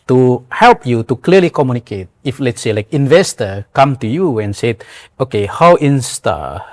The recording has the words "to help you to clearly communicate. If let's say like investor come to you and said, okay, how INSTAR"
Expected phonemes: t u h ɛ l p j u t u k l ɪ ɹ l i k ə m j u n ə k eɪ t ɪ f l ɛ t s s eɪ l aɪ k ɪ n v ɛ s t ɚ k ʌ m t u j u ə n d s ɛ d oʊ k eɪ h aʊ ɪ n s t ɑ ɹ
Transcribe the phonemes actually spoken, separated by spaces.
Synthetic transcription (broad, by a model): t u h ɛ l p j u t u k l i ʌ l i k ə m j u n ə k eɪ t ɪ f l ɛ t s s eɪ l aɪ k ɪ n v ɛ s t ɚ k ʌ m t u j u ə n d s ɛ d oʊ k eɪ h aʊ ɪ n s t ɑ